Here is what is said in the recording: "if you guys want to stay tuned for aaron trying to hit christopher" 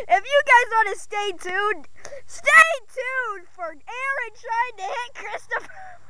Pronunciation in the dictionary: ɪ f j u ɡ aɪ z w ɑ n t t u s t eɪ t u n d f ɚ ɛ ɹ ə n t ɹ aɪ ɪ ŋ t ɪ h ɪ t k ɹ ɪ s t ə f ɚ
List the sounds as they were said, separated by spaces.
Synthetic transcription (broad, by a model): ɪ f j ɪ ɡ aɪ z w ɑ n t t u s t eɪ t u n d f ɚ ɛ ɹ ə n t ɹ aɪ ɪ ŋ t ɪ h ɪ t k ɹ ɪ s t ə f ɚ